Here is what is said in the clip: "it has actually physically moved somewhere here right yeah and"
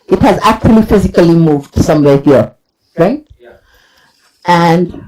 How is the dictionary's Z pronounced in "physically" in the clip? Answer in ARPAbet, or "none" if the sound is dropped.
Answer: Z